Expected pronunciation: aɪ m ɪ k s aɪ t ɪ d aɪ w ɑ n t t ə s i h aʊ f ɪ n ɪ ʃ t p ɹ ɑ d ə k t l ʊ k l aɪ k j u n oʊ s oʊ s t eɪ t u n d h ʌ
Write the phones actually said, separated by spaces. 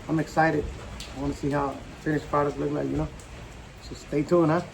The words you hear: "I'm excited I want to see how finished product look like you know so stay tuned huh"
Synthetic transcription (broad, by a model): aɪ m ɪ k s aɪ t ɪ d aɪ w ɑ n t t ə s i h aʊ f ɪ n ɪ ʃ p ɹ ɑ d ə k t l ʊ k l aɪ k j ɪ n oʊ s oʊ s t eɪ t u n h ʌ